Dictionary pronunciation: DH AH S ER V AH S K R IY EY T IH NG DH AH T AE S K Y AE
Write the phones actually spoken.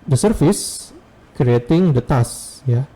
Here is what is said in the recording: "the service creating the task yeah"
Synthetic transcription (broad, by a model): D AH S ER F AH S K R IY EY T IH NG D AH T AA S Y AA